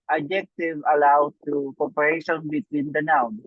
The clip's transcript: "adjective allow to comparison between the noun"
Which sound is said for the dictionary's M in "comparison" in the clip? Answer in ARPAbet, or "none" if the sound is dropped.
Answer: none